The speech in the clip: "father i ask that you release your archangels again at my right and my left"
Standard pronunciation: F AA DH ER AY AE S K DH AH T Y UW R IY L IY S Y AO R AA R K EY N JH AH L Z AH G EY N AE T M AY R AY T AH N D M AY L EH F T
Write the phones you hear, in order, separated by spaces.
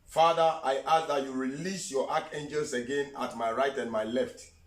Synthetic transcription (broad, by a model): F AA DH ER AY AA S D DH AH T Y UW R IY L IY S Y AO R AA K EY N JH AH L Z AH G EY N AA T M AY R AY T AH N D M AY L EH F T